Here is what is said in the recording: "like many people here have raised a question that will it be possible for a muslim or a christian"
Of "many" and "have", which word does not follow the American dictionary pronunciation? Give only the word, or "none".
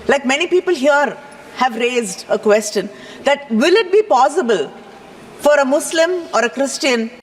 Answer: none